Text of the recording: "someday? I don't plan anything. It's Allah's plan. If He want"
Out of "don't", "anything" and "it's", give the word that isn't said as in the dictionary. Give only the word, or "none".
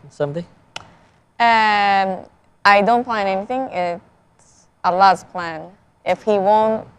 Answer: none